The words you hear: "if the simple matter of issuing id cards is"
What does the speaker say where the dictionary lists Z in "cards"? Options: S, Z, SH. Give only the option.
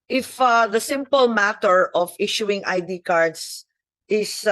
S